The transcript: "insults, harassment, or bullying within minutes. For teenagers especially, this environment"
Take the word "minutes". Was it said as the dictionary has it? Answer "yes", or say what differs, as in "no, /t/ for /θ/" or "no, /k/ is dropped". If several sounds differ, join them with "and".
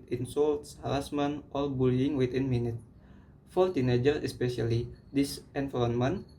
no, /s/ is dropped